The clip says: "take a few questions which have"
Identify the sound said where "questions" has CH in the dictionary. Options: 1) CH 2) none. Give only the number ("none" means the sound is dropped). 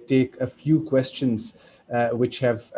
1